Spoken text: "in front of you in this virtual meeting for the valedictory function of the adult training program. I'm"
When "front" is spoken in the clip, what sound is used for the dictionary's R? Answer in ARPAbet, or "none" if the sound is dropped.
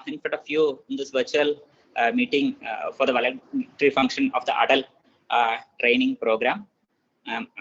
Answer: none